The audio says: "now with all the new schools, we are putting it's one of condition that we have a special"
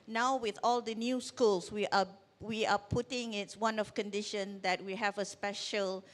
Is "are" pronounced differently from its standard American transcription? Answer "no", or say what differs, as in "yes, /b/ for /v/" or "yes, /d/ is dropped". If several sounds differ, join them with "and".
yes, /w/ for /ɹ/